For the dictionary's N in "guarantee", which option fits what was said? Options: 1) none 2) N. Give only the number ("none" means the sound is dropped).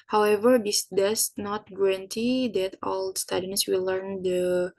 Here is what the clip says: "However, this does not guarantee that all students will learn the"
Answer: 2